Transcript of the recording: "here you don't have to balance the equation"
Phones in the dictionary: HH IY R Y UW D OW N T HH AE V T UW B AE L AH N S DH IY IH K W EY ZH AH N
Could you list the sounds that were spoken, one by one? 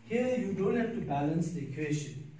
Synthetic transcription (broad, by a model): HH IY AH Y UW D OW N T HH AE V T UW B AE L AH N S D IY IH K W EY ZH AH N